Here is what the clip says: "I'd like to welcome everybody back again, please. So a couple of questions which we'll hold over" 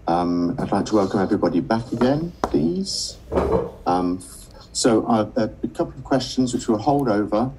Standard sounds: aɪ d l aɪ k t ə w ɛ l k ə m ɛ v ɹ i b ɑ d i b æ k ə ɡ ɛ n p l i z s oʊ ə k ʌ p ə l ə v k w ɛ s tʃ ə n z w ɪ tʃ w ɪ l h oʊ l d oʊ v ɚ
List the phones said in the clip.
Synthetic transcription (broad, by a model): aɪ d l aɪ k t ə w ɛ l k ə m ɛ v ɹ i b ɑ d i b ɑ k ə ɡ ɛ n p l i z s oʊ ə k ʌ p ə l ə v k w ɛ s tʃ ə n z w ɪ tʃ w ɪ l h oʊ l d oʊ v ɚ